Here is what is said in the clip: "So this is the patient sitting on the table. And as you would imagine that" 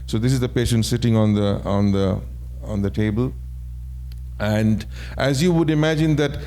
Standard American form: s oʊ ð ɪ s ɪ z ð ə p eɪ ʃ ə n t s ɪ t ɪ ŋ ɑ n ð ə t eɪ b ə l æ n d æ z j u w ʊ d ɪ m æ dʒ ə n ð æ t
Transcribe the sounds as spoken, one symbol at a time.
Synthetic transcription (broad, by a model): s oʊ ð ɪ s ɪ z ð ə p eɪ ʃ ə n t s ɪ t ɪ ŋ ɑ n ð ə t eɪ b ə l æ n d æ z j u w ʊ d ɪ m æ dʒ ə n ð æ t